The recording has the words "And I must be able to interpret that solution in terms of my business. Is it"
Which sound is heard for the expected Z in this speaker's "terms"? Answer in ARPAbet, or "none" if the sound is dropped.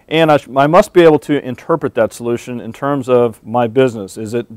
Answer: Z